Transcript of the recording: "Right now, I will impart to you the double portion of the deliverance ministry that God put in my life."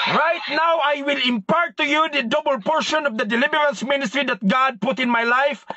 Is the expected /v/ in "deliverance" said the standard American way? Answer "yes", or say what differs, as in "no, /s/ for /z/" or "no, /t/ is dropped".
no, /b/ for /v/